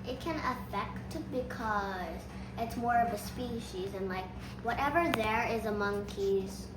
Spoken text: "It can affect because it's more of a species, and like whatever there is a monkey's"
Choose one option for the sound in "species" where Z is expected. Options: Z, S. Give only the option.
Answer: Z